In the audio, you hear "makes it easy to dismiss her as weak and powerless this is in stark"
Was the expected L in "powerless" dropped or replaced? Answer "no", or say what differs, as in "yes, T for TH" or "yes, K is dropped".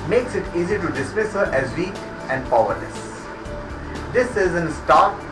yes, N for L